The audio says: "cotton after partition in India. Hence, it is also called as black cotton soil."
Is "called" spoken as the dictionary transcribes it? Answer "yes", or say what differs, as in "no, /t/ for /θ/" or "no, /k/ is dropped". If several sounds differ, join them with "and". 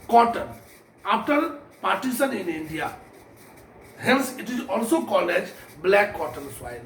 no, /d/ is dropped